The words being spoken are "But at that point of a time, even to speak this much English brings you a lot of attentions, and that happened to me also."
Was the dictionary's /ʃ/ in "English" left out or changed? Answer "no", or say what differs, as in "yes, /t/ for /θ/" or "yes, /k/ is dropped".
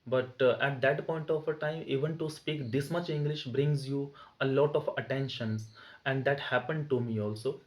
no